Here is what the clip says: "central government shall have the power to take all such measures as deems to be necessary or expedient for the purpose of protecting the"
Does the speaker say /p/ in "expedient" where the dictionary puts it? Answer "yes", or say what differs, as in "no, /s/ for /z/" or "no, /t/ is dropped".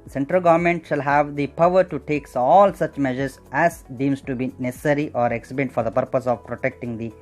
no, /p/ is dropped